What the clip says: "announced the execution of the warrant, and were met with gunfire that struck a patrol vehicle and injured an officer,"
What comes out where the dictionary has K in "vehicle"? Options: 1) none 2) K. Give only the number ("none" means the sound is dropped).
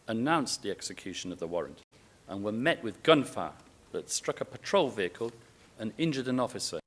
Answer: 2